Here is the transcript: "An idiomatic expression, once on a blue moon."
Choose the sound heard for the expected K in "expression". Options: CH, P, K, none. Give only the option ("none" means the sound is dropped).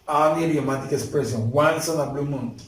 none